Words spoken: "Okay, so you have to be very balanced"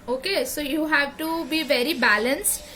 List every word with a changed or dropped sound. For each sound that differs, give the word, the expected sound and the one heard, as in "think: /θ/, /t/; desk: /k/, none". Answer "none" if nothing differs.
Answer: none